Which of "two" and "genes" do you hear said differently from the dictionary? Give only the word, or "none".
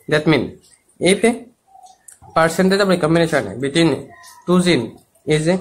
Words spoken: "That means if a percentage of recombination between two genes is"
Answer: genes